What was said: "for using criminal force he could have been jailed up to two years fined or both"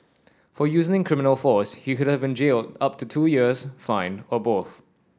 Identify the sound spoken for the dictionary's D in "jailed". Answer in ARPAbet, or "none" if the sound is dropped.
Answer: D